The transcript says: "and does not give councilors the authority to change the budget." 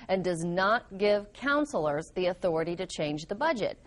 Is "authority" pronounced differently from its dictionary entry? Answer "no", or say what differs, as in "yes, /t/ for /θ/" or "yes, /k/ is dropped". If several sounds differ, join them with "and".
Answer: no